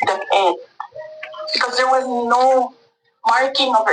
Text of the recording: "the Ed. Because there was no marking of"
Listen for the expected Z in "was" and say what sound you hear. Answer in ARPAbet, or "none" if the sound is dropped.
Z